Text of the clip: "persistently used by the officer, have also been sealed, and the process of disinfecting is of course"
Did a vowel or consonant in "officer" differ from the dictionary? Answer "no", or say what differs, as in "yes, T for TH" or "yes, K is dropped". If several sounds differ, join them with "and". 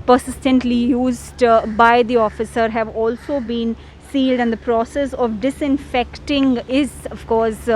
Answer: no